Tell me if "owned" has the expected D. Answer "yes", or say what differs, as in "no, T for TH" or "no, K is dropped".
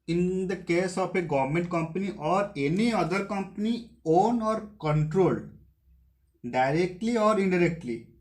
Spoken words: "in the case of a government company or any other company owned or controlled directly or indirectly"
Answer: no, D is dropped